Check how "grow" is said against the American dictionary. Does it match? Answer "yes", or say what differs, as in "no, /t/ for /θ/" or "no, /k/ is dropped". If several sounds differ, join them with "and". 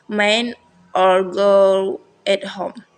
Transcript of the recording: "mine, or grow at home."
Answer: no, /ɹ/ is dropped